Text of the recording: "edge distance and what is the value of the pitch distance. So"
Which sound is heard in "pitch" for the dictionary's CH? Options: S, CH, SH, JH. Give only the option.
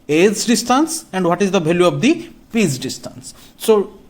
S